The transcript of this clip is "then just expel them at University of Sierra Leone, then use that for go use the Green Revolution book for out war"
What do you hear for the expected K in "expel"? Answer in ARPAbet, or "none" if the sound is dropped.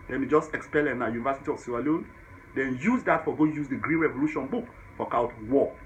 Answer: K